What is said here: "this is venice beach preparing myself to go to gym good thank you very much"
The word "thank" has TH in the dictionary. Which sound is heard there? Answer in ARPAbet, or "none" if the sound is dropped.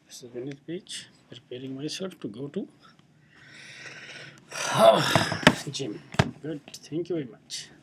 T